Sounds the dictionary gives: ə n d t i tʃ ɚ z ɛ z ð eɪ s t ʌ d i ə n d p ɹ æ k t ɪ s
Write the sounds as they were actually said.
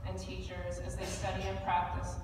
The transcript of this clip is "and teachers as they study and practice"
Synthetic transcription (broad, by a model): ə n t i tʃ ɚ z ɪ z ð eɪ s t ʌ d i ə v p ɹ æ k t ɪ s